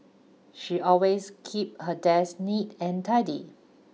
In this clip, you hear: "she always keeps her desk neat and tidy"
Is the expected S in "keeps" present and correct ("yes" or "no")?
no